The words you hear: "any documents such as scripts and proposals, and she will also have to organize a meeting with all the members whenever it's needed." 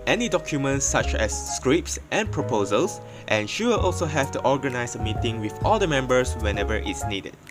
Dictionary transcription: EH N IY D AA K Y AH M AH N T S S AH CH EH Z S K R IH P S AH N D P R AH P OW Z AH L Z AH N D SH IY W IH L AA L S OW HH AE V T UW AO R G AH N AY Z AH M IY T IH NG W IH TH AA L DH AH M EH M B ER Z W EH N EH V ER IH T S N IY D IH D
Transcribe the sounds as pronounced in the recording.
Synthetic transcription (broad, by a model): EH N IY D AA K Y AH M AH N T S S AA CH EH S K R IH P S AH N P R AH P OW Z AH L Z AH N SH IY W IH L AA L S OW HH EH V T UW AO R G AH N AY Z AH M IY T IH NG W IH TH AA L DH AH M EH M B ER S W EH N EH V ER IH T S N IY D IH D